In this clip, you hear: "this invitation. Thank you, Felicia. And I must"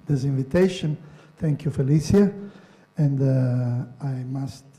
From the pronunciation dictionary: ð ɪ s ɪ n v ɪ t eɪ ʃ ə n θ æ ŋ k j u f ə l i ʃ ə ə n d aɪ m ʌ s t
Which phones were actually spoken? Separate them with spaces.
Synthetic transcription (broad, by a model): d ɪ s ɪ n v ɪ t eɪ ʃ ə n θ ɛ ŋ k j u f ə l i s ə ə n d aɪ m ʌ s t